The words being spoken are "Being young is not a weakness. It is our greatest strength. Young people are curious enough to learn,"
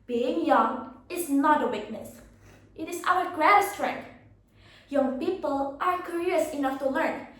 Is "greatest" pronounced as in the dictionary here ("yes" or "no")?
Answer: no